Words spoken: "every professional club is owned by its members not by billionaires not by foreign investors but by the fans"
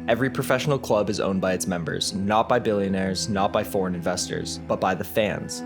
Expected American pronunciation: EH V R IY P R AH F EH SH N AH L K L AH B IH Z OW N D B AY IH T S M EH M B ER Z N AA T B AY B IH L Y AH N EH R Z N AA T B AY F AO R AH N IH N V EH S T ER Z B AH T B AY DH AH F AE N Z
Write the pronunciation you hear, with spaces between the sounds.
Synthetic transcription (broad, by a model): EH V R IY P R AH F EH SH N L K L AH B IH Z OW N B AY IH T S M EH M B ER Z N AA T B AY B IH L Y AH N EH R Z N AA T B AY F AO R AH N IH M V EH S T ER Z B AH T B AY DH AH F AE N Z